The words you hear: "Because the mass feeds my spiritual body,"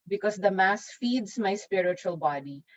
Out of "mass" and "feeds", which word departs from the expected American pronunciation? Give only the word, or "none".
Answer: none